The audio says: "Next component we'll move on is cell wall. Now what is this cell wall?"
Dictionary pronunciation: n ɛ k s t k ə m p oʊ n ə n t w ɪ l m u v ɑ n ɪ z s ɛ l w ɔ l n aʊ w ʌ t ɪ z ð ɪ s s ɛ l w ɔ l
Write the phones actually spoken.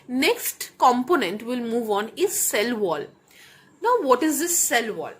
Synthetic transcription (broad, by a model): n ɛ k s t k ə m p oʊ n ə n t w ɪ l m u v ɑ n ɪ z s ɛ l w ɔ l n aʊ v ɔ t ɪ z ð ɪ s s ɛ l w ɔ l